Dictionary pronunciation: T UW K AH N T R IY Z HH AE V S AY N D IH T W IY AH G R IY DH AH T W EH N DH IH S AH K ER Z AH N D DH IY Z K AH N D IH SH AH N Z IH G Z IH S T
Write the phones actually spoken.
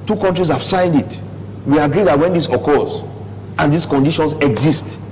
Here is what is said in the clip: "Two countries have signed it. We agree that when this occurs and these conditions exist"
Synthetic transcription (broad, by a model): T UW K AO N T R IY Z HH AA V S AY N D IH T W IY AH G R IY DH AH T W EH N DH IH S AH K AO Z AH N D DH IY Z K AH N D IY SH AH N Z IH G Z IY S T